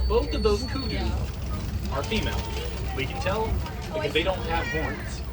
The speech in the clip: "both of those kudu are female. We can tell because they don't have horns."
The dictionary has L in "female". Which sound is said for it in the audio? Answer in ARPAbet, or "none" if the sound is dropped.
L